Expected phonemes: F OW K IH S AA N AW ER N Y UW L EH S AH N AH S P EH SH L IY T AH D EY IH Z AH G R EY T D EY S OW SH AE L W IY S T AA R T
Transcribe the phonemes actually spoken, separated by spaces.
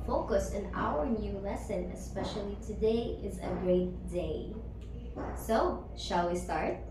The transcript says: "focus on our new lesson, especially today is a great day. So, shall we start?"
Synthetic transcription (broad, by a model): F OW K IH S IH N AW ER N Y UW L EH S AH N AH S P EH SH L IY T AH D EY IH Z AH G R EY T D EY S OW SH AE L W IY S T AA R T